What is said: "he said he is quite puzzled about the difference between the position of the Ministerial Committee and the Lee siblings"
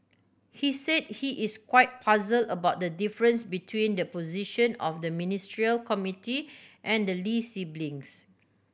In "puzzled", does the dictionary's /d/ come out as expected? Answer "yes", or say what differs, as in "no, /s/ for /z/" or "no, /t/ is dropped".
no, /d/ is dropped